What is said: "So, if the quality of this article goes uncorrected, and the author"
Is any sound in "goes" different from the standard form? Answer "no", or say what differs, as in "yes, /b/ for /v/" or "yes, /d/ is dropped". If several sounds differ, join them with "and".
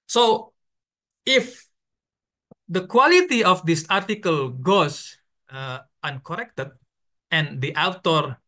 yes, /s/ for /z/